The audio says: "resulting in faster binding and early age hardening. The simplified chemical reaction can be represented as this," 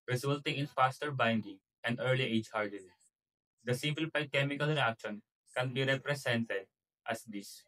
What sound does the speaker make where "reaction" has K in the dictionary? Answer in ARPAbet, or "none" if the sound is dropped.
K